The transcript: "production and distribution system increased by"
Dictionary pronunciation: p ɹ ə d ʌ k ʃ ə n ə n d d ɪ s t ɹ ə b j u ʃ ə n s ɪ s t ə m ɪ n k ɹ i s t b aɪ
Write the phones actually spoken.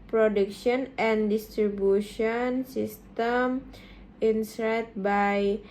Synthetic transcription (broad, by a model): p ɹ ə d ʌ k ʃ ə n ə n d d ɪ s t ɹ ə b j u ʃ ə n s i s t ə m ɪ n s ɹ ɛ t b aɪ